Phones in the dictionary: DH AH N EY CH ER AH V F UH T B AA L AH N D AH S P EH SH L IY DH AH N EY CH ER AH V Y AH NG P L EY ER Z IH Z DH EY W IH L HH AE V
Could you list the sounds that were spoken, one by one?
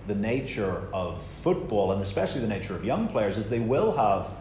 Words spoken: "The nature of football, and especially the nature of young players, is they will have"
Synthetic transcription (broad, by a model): DH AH N EY CH ER AH V F UH T B AA L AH N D AH S P EH SH L IY DH AH N EY CH ER AH V Y AH NG P L EY ER Z IH Z DH EY W IH L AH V